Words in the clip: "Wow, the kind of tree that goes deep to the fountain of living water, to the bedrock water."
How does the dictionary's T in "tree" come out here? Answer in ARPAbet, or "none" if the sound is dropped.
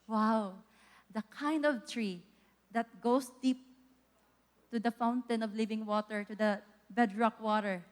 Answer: T